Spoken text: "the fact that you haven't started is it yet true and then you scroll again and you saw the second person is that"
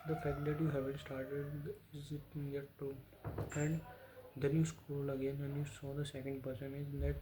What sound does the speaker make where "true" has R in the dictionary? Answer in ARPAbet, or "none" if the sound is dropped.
none